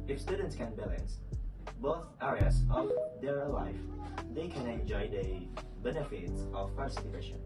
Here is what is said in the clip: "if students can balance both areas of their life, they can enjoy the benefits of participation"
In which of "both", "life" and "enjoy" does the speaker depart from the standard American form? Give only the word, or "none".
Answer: none